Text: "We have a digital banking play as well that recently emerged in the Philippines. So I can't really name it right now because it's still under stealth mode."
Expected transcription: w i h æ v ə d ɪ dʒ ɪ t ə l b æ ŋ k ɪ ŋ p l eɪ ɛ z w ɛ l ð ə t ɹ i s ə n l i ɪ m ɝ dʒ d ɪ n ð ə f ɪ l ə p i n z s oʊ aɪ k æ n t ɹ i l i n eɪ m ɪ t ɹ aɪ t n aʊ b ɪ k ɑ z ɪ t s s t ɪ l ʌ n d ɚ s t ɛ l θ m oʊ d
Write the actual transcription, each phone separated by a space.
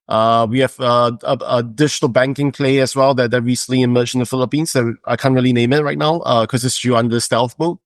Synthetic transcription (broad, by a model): w i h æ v ə d ɪ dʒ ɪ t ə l b æ ŋ k ɪ ŋ p l eɪ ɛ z w ɛ l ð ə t ɹ i s ə n l i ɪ m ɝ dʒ ɪ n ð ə f ɪ l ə p i n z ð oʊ aɪ k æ n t ɹ i l i n eɪ m ɪ t ɹ aɪ t n aʊ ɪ k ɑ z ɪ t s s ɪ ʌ n d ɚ s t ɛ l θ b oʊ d